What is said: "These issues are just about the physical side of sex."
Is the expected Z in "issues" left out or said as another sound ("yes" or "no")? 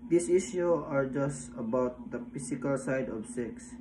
yes